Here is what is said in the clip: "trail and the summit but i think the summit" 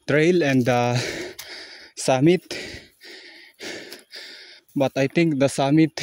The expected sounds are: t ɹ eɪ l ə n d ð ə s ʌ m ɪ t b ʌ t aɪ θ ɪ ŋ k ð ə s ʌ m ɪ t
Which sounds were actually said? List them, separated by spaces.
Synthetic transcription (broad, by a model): t ɹ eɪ l ə n d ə s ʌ m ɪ t b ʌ t aɪ t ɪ ŋ k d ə s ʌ m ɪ t